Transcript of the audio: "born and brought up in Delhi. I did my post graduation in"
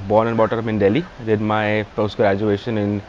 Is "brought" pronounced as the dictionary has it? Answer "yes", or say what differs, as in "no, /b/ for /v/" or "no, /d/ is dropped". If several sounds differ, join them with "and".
no, /ɹ/ is dropped